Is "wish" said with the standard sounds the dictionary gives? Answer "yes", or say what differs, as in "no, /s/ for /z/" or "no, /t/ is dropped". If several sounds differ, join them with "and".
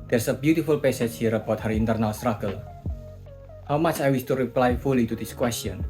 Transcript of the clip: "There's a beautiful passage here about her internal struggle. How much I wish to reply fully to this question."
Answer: no, /s/ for /ʃ/